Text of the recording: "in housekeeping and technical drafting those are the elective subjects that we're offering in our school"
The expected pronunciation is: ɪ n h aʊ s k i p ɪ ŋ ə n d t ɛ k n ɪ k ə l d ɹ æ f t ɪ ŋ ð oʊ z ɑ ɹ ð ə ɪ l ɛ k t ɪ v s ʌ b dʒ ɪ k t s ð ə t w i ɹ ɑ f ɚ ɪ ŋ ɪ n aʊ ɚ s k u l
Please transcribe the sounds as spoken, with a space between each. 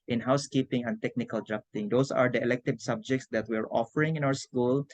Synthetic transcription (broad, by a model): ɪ n h aʊ s k i p ɪ ŋ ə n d t ɛ k n ɪ k ə l d ɹ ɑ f t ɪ ŋ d oʊ s ɑ ɹ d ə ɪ l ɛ k t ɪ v s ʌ b dʒ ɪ k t s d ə t w i ɹ ɑ f ɚ ɪ ŋ ɪ n aʊ ɚ s k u l